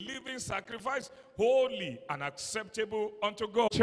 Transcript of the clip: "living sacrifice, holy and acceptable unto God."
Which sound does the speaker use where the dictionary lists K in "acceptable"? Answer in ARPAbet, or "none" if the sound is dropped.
K